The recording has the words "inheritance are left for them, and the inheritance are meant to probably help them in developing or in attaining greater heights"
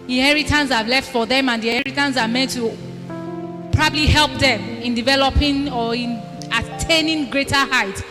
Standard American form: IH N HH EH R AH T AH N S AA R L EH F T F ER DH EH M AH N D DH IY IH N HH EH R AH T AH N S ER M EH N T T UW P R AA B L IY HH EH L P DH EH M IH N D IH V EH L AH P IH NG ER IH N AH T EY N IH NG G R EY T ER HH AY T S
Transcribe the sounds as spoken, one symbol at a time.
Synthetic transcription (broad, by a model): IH N HH EH R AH T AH N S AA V L EH F T F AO DH EH M AH N D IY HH EH R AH T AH N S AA M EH N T T UW P R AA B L IY HH EH L P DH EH M IH N D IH V EH L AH P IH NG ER IH N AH T EY N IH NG G R EY T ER HH AY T